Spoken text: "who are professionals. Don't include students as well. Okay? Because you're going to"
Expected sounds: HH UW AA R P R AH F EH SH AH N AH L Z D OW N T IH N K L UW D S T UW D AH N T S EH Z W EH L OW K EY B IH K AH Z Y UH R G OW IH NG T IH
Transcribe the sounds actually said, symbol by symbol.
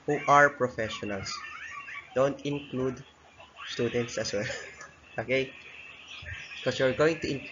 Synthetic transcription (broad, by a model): HH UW AA R P R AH F EH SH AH N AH L S D OW N T IH N K L UW D S T UW D AH N T S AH S W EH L OW K EY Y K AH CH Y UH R G OW IH NG T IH